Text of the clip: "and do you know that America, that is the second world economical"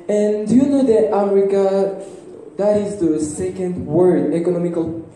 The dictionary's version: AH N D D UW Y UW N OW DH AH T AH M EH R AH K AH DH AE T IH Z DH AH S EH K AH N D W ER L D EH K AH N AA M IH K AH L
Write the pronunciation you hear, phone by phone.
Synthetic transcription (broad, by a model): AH N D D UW Y UW N OW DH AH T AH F R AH K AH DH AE T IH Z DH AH S EH K AH N D W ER D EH K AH N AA M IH K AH L